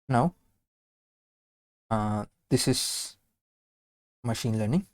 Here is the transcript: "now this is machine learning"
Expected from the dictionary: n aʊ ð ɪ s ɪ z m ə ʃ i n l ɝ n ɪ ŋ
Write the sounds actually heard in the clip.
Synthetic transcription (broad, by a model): n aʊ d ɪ s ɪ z m ə ʃ i n l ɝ n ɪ ŋ